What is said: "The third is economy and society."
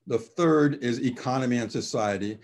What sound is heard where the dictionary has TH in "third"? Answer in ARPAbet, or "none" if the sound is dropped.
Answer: TH